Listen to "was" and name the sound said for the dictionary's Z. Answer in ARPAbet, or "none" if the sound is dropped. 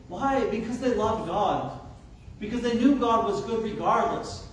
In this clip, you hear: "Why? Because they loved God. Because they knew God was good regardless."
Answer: Z